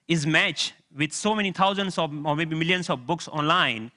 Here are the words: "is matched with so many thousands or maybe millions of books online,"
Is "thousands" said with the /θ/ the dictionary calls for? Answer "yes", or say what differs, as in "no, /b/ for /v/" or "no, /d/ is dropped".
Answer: no, /t/ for /θ/